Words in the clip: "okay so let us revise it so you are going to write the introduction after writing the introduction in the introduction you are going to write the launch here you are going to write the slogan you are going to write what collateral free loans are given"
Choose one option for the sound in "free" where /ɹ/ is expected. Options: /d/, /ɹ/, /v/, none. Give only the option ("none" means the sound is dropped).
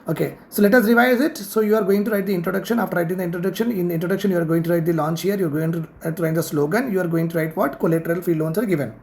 none